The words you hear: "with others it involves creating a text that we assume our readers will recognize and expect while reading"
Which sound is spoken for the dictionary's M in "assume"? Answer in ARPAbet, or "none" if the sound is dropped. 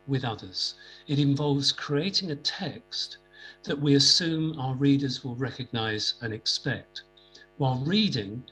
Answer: M